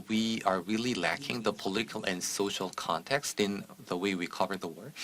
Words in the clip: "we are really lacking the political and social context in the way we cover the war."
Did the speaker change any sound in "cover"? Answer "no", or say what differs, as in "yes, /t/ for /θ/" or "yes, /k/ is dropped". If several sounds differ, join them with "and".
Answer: no